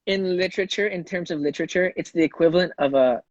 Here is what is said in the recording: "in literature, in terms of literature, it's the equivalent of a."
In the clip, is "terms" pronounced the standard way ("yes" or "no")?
yes